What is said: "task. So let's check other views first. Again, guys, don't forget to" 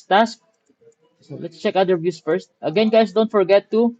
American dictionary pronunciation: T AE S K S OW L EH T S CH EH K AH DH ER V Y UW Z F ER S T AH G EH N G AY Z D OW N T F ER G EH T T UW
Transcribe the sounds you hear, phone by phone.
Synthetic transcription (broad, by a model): T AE S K S OW L EH T S CH EH K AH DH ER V Y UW S F ER S T AH G EH N G AY S D OW N T F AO G EH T T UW